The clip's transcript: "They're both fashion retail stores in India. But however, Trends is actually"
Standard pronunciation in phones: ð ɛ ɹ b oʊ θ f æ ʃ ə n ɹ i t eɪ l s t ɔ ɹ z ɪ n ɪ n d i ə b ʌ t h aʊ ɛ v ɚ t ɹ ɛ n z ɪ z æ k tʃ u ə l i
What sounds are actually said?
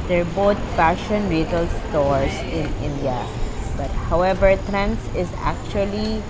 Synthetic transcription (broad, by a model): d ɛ ɹ b oʊ t f æ ʃ ə n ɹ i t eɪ l s t ɔ ɹ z ɪ n ɪ n d i ə b ʌ t h aʊ ɛ v ɚ t ɹ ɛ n s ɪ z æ k tʃ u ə l i